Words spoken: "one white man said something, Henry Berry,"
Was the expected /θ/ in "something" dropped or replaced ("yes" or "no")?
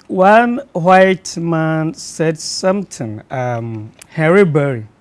yes